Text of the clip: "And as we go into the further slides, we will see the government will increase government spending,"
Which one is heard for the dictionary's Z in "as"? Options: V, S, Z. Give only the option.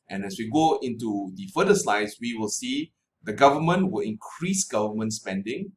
S